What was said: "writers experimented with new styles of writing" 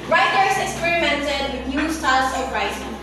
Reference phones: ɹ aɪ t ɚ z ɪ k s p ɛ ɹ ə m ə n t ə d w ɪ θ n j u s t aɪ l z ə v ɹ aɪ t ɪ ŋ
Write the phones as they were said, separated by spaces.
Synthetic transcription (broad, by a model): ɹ aɪ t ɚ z ɪ k s p ɛ ɹ ə m ə n t ə d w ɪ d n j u s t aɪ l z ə p ɹ aɪ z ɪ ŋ